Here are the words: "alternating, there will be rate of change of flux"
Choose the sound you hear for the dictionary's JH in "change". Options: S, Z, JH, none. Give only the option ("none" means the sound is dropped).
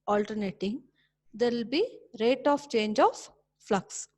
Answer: JH